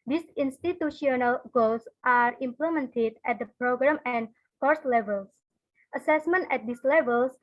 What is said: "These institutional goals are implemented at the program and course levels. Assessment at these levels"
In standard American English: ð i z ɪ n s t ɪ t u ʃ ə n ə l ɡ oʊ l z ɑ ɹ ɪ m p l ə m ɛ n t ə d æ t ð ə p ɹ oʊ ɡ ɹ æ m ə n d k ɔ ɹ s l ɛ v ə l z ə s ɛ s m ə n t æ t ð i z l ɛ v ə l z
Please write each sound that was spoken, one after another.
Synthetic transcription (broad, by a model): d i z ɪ n s t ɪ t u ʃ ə n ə l ɡ oʊ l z ɑ ɹ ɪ m p l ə m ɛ n t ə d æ t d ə p ɹ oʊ ɡ ɹ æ m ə n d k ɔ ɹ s l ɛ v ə l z ə s ɛ s m ə n t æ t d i s l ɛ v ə l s